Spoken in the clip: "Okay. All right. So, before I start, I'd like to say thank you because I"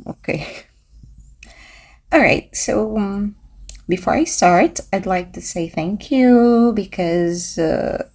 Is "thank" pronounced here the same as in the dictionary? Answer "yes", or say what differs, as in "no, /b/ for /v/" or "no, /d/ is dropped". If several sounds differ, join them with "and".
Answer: yes